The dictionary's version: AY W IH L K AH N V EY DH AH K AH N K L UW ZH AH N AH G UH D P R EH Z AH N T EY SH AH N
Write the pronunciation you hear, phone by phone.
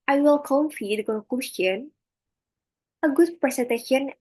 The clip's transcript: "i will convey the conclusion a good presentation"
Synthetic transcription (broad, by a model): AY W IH L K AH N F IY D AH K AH K UW SH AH N AH G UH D P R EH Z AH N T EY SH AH N